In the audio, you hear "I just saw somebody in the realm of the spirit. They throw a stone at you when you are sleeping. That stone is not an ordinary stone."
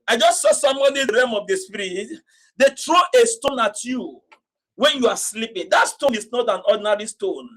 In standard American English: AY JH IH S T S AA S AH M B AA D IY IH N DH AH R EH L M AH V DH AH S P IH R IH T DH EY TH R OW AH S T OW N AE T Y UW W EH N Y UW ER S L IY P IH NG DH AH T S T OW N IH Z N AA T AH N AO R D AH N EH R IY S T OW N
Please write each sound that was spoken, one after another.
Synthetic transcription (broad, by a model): AY JH IH S T S AA S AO M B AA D IY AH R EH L M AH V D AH S P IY R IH T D EY T R OW AH S T OW N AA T Y UW W EH N Y UW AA S L IY P IH NG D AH T S T OW N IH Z N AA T AH N AO D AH N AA R IY S T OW N